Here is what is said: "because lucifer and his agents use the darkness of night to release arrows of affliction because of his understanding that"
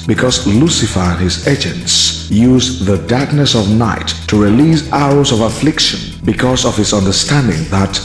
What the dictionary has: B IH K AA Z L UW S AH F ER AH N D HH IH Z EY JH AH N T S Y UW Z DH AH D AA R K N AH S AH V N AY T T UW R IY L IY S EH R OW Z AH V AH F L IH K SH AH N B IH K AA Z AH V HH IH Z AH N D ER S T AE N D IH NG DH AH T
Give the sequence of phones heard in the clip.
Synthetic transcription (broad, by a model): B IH K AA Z L UW S AH F ER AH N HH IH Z EY JH AH N T S Y UW Z DH AH D AA R K N AH S AH V N AY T T UW R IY L IY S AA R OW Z AH V AH F L IH K SH AH N B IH K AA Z AH V HH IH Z AH N D ER S T AE N D IH NG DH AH T